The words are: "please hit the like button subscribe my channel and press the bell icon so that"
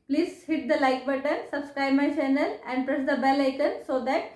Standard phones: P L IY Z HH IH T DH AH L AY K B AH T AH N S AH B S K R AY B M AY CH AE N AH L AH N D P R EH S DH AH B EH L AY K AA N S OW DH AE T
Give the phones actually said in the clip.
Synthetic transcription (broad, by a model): P L IY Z HH IH T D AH L AY K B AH T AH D S AH B S K R AY B M AY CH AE N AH L AH N D P R EH S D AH B EH L AY K AA N S OW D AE T